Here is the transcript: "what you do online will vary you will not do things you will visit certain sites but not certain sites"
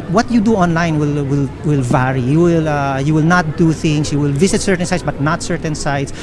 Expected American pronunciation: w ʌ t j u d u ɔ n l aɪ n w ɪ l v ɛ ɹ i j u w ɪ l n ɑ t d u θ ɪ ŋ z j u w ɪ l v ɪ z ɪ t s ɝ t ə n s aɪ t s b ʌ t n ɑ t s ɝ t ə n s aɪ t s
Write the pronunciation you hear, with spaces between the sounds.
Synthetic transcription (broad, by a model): w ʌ t j u d u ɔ n l aɪ n w ɪ l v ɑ ɹ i j u w ɪ l n ɑ t d u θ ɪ ŋ s j u w ɪ l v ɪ s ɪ t s ɝ t ə n s aɪ t s b ʌ t n ɑ t s ɝ t ə n s aɪ t s